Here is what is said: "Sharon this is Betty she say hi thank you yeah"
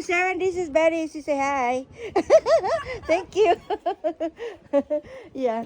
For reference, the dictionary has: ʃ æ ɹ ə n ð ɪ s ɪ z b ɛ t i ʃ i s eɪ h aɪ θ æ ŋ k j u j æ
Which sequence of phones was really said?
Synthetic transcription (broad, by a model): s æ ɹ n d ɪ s ɪ z b ɛ t i s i s eɪ h aɪ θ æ ŋ k j u j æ